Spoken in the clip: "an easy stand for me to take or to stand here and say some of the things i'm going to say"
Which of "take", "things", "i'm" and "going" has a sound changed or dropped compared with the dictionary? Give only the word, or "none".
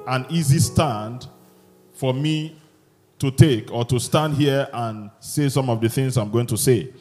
none